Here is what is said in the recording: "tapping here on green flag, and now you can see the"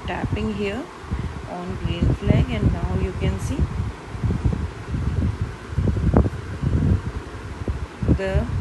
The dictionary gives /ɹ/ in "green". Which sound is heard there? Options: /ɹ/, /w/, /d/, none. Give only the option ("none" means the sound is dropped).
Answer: none